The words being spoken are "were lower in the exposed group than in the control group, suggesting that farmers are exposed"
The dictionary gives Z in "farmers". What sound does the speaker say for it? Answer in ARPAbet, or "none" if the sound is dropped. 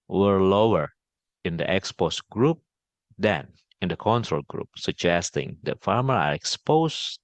none